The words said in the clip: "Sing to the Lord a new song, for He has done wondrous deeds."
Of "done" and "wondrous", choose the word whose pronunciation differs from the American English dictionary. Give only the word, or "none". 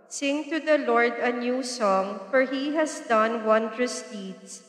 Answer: none